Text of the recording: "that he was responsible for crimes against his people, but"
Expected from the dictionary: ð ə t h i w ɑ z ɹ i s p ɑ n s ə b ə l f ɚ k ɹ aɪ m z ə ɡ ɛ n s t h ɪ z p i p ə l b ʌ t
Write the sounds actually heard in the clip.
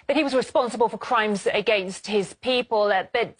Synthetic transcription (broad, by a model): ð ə t h i w ɑ z ɹ i s p ɑ n s ə b ə l f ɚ k ɹ aɪ m z ə ɡ ɛ n s t h ɪ z p i p ə l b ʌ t